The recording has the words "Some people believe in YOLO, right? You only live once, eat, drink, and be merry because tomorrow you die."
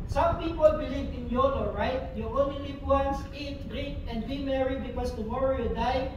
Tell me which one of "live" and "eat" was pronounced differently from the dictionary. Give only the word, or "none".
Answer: live